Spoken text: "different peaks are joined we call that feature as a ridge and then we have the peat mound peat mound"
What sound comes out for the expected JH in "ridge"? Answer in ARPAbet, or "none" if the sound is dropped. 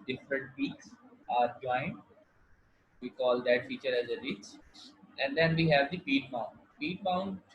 CH